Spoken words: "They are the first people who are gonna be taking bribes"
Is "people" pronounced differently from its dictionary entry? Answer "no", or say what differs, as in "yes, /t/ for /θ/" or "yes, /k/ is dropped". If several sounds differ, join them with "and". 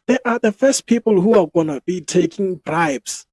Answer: no